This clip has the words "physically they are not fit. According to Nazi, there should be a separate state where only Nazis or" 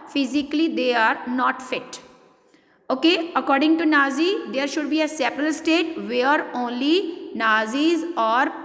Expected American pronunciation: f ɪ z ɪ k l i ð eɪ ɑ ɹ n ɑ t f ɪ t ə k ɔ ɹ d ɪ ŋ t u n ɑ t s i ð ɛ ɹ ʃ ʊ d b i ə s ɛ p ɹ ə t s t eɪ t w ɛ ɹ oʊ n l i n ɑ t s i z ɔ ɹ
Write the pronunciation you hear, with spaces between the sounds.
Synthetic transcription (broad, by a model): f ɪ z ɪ k l i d eɪ ɑ ɹ n ɑ t f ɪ t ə k ɔ ɹ d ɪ ŋ t u n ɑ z i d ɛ ɹ ʃ ʊ d b i ə s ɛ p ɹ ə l s t eɪ t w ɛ ɹ oʊ n l i n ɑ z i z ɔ ɹ